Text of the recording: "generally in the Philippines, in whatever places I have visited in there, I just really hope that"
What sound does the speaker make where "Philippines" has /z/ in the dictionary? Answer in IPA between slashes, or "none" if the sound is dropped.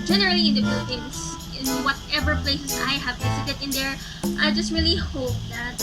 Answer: /s/